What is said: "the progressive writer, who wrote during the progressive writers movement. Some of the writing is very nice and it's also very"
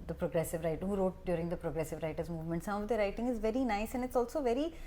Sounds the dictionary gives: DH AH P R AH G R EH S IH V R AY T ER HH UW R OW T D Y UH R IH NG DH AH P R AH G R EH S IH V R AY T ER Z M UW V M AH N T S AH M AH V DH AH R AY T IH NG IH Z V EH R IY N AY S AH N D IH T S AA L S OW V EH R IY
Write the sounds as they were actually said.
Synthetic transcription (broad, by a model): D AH P R AH G R EH S IH V R AY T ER HH UW R OW T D Y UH R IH NG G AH P R AH G R EH S IH V R AY T ER Z M UW V M AH N T S AH M AH V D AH R AY T IH NG IH Z V EH R IY N AY S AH N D IH T S AA L S OW V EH R IY